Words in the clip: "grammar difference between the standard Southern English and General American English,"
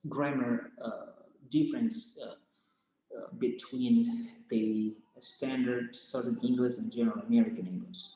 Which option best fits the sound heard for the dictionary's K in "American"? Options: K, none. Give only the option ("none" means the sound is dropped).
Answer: K